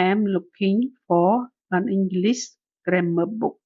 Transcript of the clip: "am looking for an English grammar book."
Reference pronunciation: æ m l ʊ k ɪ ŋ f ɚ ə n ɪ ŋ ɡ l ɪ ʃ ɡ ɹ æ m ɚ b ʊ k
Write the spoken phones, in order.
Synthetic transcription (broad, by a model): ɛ m l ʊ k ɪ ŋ f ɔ ə n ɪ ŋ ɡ l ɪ s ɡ ɹ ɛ m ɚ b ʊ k